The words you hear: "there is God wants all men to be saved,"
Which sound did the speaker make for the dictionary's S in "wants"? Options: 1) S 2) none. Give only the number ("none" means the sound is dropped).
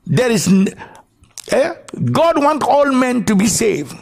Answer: 2